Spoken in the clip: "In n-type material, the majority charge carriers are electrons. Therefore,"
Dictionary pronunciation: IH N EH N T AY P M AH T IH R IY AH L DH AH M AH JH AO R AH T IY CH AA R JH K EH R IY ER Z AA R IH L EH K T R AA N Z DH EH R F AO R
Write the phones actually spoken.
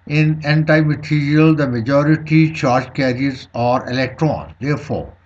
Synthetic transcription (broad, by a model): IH N EH N T AY M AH T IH R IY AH L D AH M AH JH AO R AH T IY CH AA R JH K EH R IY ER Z AA R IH L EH K T R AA N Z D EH R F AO R